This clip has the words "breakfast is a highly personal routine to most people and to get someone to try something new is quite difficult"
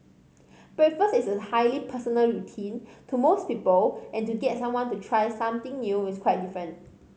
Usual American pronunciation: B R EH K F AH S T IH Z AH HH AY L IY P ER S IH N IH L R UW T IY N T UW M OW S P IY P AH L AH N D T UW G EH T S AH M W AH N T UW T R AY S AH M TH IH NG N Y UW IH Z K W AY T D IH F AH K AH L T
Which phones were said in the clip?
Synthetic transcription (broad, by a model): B R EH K F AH S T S AH HH AY L IY P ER S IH N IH L R UW T IY N T UW M OW S P IY P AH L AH N T UW G EH T S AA M W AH N T UW T R AY S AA M T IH NG N Y UW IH S K W AY T D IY F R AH N T